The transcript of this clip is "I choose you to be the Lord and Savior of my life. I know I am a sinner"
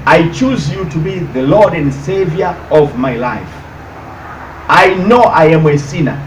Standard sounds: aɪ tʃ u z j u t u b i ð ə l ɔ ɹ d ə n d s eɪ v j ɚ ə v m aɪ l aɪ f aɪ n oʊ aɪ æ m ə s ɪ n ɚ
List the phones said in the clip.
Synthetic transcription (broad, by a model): aɪ tʃ u z j u t u b i ð ə l ɔ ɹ d ə n d s eɪ v j ɚ ə v m aɪ l aɪ f aɪ n oʊ aɪ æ m ə s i n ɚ